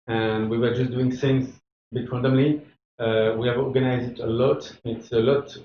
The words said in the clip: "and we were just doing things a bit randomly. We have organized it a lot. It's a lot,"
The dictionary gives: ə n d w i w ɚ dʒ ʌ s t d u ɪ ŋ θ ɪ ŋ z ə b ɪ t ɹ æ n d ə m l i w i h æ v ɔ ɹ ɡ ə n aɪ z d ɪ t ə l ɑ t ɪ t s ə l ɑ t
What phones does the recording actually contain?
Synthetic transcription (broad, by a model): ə n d w i w ɚ dʒ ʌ s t d u ɪ ŋ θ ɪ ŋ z b ɪ t w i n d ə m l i w i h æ v ɔ ɹ ɡ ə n aɪ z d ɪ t ə l ɑ t ɪ t s ə l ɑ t